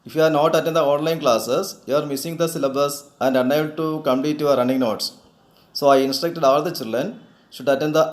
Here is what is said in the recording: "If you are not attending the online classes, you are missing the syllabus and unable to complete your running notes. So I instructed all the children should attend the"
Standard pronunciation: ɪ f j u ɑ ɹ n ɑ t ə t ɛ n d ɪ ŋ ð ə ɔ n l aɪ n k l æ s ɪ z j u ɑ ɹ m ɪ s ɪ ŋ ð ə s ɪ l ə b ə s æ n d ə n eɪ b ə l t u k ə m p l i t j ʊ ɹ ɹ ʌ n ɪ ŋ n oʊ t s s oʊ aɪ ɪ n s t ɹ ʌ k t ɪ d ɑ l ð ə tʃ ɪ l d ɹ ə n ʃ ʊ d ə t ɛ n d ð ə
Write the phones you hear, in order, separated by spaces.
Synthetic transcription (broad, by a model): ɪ f j u ɑ ɹ n ɑ t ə t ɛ n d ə ɔ n l aɪ n k l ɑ s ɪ s j u ɑ ɹ m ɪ s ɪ ŋ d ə s ɪ l ə b ə s æ n d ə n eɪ ə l t u k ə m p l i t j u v ɹ ʌ n ɪ ŋ n oʊ t s s oʊ aɪ ɪ n s t ɹ ʌ k t ɪ d ɑ l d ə tʃ ɪ l d ɹ ə n ʃ ʊ d ə t ɛ n d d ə